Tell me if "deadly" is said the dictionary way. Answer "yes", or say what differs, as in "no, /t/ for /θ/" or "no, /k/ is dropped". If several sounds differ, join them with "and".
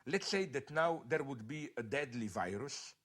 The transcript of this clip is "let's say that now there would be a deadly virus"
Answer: yes